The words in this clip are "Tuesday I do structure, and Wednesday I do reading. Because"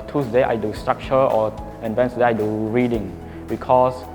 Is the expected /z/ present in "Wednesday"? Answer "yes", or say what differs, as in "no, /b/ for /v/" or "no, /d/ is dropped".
no, /s/ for /z/